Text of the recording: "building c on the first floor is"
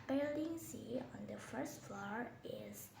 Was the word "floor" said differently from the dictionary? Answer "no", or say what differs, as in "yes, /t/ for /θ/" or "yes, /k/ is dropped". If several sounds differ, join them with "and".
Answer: no